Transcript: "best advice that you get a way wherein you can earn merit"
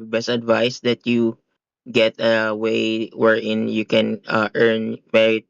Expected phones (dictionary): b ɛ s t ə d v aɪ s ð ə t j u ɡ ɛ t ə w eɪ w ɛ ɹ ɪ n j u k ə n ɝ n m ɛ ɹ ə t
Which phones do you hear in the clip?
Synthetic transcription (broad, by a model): b ɛ s t ə d v aɪ s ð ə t j u ɡ ɛ t ə w eɪ w ɛ ɹ ɪ n j u k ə n ɝ n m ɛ ɹ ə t